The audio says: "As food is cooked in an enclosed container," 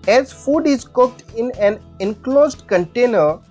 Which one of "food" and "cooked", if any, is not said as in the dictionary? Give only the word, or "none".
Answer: none